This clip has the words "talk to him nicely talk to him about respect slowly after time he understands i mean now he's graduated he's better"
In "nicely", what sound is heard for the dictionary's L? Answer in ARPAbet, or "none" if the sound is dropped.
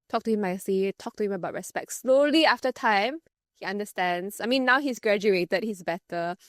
none